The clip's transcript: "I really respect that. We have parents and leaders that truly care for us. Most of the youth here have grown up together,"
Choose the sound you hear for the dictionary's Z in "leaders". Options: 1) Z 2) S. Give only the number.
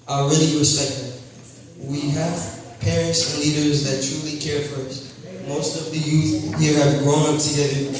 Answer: 1